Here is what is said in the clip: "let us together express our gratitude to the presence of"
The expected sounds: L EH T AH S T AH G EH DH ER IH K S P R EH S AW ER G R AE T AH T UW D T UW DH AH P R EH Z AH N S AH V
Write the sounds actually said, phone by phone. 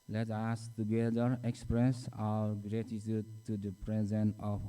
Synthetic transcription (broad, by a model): L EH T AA S T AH G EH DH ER IH K S P R EH S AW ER G R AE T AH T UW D T UW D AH P R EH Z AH N AH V